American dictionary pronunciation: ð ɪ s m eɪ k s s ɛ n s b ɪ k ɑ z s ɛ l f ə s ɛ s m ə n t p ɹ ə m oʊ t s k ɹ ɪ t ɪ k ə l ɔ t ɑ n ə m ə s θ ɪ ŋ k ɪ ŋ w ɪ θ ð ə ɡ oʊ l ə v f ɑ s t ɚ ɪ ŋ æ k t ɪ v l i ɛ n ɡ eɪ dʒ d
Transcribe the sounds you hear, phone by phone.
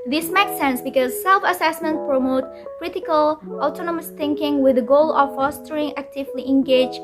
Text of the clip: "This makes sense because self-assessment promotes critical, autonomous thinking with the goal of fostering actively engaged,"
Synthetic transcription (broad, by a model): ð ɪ s m eɪ k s s ɛ n s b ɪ k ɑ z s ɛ l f ə s ɛ s m ə n t p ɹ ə m oʊ t k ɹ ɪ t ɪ k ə l ɔ t ɑ n ə m ə s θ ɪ ŋ k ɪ ŋ w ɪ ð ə ɡ oʊ l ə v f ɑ s t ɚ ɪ ŋ æ k t ɪ v l i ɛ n ɡ eɪ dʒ